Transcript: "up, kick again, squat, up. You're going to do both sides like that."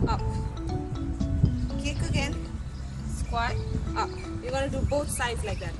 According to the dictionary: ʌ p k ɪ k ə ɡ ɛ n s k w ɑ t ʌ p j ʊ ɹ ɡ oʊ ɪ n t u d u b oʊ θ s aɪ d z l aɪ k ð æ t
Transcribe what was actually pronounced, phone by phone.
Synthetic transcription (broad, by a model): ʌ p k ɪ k ə ɡ ɛ n s k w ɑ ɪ ʌ p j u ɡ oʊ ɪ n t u d u b oʊ t s aɪ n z l aɪ k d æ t